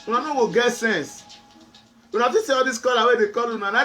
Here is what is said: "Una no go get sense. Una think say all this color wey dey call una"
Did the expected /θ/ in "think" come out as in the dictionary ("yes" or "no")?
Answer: no